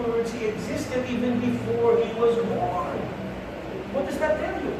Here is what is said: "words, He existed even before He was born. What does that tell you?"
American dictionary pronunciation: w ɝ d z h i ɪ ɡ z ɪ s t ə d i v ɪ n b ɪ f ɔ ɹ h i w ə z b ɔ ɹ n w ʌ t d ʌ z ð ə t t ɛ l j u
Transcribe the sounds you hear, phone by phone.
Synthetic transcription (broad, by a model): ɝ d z h i ɪ ɡ z ɪ s t ə d i v ɪ n b ɪ f ɔ ɹ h i w ə z b ɔ ɹ n w ʌ t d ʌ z ð ə t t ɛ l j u